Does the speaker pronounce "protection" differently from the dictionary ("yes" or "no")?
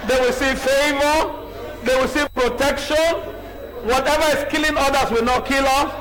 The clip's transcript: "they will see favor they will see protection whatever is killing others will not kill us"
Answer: no